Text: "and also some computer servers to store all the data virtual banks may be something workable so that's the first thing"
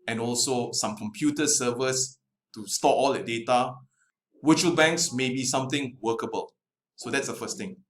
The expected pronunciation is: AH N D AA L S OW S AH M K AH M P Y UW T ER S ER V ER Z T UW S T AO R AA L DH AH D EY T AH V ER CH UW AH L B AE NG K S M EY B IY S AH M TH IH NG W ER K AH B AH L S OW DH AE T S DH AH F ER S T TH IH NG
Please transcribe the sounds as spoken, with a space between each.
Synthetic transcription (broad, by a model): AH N AA L S OW S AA M K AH M P Y UW T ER S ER V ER S T UW S T AO AA L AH D EY T AH W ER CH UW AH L B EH NG K S M EY B IY S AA M T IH NG W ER K AH B AH L S OW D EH T S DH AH F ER S T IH NG